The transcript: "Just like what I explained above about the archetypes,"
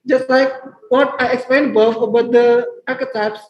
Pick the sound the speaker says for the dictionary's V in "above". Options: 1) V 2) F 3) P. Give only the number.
2